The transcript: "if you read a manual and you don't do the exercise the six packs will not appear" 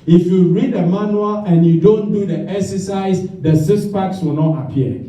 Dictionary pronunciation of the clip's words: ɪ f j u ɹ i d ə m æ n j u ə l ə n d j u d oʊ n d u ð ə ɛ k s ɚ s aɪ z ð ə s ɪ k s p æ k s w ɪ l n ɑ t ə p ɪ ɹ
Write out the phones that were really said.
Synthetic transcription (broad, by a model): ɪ f j u ɹ i d ə m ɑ n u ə l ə n j u d oʊ n d u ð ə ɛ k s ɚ s aɪ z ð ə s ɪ s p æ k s w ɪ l n ɑ t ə p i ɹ